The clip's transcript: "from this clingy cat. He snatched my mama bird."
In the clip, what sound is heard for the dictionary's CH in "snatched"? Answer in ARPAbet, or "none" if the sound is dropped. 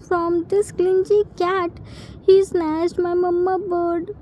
S